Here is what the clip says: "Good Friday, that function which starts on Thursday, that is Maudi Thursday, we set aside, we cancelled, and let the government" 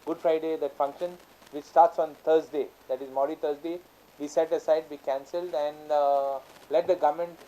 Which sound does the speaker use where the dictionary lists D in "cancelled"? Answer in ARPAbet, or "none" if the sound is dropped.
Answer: D